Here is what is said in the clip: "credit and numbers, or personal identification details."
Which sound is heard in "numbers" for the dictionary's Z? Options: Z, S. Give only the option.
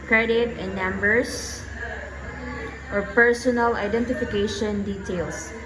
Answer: S